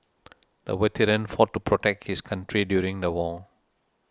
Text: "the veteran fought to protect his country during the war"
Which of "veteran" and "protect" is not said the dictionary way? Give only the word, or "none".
veteran